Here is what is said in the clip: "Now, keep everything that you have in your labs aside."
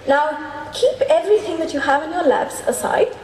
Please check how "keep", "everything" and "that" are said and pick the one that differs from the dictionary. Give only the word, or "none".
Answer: none